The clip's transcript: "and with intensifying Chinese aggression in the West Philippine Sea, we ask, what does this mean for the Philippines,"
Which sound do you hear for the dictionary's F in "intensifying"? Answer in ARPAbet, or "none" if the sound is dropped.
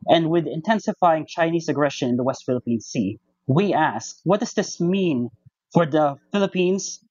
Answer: F